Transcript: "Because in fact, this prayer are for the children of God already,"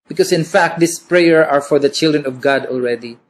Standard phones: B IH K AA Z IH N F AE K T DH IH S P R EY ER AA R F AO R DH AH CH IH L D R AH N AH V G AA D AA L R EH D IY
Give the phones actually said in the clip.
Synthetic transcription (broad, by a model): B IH K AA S IH N F AE K T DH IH S P R EY ER AA R F AO R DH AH CH IH L D R AH N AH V G AA D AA L R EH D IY